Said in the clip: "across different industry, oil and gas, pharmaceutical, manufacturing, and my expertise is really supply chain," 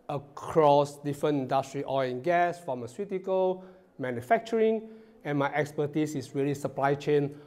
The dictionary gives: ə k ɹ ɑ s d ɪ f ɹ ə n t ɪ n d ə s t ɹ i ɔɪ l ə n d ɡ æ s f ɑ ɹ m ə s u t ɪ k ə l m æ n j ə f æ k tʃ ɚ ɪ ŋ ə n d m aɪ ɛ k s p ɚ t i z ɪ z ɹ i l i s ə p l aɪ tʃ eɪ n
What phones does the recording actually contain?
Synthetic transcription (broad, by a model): ə k ɹ ɑ s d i f ɹ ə n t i n d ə s t ɹ i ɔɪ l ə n ɡ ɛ s f ɑ m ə s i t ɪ k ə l m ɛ n j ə f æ k tʃ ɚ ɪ ŋ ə n m aɪ ɛ k s p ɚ t i s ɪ s ɹ i l i s ə p l aɪ tʃ eɪ n